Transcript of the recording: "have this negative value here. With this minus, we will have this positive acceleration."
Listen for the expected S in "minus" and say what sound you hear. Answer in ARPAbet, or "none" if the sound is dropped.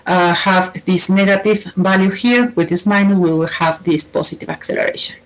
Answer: none